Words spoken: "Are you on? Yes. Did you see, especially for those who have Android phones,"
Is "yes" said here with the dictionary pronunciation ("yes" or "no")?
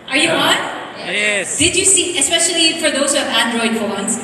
no